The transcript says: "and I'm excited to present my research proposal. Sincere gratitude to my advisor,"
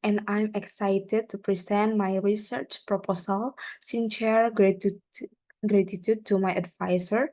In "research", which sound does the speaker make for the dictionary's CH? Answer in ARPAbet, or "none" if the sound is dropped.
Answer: CH